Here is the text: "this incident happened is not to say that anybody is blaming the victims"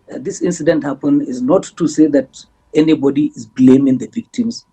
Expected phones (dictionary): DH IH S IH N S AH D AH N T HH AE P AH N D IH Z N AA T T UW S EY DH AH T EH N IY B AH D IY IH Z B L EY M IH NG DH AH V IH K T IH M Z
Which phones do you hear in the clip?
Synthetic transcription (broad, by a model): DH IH S IH N S AH D AH N T HH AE P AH N IH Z N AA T T UW S EY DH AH T EH N IY B AH D IY IH Z B L EY M IH NG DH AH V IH K T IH M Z